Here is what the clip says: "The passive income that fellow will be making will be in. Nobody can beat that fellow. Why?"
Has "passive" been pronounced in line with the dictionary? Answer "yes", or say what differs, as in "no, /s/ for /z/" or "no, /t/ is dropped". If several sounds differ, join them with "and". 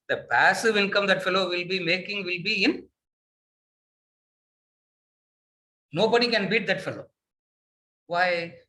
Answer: yes